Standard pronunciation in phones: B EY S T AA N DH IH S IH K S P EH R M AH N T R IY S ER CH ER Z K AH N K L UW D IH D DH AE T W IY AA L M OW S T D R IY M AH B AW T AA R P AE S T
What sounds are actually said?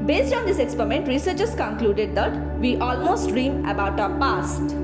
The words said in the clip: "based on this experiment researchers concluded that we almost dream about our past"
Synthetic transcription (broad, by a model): B EY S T AA N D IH S IH K S P EH R M AH N T R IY S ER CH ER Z K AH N K L UW D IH D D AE T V IY AA L M OW S T D R IY M AH B AW T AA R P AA S T